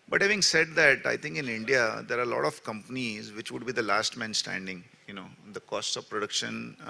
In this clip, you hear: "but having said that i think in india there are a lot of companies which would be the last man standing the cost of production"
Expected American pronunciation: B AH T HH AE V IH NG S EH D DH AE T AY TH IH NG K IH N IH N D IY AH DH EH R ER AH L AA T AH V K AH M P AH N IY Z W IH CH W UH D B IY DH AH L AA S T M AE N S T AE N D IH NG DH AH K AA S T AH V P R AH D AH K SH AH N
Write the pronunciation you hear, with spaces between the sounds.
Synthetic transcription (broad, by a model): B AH T HH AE V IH NG S EH D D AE T AY T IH NG K IH N IH N D IY AH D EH R AH L AA T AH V K AH M P AH N IY Z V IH CH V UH D B IY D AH L AA S T M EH N S T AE N D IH NG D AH K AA S T AH V P R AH D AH K SH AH N